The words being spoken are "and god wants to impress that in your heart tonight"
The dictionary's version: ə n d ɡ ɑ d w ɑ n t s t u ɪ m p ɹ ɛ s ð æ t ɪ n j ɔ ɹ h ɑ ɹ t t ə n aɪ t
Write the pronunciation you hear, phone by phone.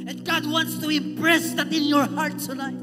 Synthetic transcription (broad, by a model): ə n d ɡ ɑ d w ɑ n t s t u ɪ p ɹ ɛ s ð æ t ɪ n j ɔ ɹ h ɑ ɹ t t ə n aɪ t